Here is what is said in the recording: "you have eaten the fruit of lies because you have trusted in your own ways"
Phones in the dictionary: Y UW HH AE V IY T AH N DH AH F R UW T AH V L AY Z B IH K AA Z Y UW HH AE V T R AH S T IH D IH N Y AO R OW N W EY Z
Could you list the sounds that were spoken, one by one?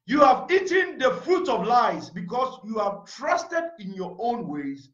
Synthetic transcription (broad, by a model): Y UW HH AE V IY T AH N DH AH F R UW T AH V L AY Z B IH K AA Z Y UW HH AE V T R AH S T IH D IH N Y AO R OW N W EY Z